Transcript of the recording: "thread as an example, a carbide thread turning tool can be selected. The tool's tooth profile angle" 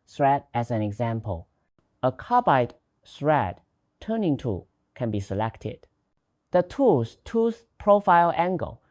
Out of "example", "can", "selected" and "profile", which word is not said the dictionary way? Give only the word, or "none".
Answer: none